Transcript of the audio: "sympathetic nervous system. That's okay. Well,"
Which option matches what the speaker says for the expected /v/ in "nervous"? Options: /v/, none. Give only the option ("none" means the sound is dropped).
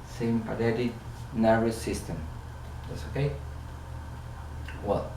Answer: none